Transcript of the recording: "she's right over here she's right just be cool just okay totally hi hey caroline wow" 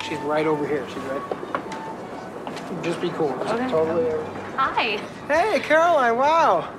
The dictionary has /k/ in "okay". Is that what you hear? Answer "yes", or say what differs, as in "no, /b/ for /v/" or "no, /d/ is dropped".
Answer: no, /k/ is dropped